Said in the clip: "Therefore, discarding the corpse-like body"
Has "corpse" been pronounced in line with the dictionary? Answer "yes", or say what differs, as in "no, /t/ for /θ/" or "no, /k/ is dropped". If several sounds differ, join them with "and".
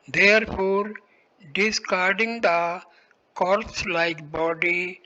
no, /p/ is dropped